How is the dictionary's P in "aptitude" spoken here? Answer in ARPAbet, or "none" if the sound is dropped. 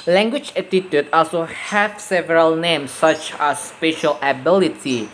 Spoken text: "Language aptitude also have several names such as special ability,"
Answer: none